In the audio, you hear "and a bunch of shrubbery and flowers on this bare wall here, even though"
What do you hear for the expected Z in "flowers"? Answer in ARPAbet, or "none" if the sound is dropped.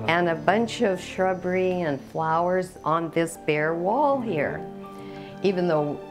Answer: Z